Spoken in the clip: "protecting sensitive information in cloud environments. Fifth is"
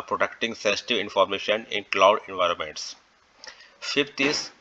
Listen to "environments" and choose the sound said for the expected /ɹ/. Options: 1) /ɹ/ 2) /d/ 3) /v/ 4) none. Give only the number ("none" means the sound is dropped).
1